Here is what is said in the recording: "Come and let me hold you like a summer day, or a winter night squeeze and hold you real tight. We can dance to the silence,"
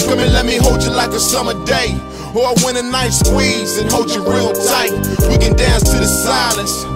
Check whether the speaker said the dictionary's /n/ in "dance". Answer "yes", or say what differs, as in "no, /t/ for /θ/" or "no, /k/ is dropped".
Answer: yes